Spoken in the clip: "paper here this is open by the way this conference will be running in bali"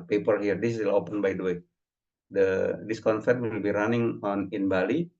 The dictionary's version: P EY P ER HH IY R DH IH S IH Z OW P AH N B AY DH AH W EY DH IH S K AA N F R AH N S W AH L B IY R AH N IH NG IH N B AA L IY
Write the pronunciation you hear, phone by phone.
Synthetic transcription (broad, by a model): P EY P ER HH IY R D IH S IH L OW P AH N B AY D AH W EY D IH S K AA N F AH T W AH L B IY R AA N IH NG IH N B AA L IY